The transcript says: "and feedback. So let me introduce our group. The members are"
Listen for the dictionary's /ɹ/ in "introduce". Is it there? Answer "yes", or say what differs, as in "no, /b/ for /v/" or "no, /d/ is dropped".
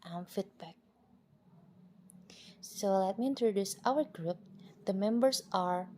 yes